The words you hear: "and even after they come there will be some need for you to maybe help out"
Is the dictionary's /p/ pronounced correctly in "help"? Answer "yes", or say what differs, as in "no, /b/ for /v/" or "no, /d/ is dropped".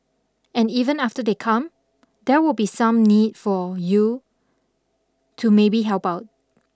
yes